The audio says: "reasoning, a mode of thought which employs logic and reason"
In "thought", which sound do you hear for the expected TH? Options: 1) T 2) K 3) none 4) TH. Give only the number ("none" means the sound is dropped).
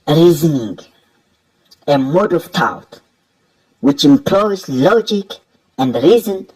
1